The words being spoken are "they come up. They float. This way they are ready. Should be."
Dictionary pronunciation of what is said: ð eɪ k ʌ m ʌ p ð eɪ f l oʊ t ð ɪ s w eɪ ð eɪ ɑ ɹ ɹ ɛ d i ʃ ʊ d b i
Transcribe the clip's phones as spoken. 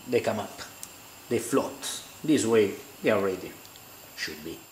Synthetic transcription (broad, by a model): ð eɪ k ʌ m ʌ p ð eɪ f l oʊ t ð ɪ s w eɪ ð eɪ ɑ l ɹ ɛ d i ʃ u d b i